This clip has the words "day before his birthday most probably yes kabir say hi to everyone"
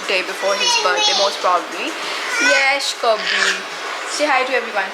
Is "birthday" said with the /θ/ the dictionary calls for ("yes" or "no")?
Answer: no